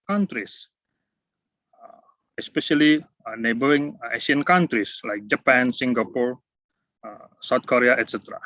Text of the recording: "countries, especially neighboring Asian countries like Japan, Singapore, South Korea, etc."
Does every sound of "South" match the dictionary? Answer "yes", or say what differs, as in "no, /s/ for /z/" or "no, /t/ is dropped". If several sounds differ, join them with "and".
no, /t/ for /θ/